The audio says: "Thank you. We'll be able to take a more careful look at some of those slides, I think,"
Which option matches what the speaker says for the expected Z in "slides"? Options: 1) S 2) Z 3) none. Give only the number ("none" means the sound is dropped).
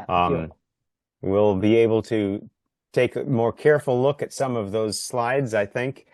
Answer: 2